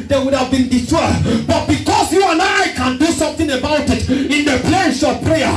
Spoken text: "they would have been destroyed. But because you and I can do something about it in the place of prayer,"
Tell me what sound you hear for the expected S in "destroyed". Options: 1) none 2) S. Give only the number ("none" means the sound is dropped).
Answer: 1